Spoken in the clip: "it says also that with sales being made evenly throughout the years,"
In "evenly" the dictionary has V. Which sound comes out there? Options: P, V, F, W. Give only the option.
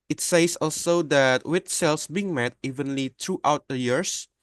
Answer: V